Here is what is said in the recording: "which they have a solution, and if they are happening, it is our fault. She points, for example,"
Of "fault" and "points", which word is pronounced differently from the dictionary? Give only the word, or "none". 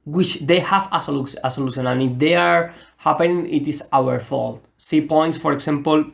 none